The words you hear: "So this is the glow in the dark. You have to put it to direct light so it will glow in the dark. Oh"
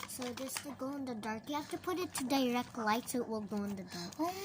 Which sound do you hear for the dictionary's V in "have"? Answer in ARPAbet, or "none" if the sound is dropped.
F